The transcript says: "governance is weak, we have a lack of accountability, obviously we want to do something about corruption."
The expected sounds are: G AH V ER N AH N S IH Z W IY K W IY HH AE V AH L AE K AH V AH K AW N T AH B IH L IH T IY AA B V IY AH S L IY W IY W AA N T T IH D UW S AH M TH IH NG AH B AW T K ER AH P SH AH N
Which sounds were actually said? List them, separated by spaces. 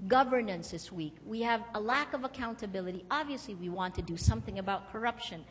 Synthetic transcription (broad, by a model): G AH V ER N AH N S IH S W IY K W IY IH V AH L AE K AH V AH K AW N T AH B IH L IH T IY AA B V IY AH S L IY W IY W AA N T T IH D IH S AH M TH IH NG AH B AW T K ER AH P SH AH N